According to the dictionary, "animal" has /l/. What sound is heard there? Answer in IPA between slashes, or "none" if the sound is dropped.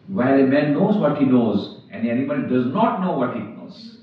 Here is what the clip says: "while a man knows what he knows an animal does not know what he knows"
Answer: /n/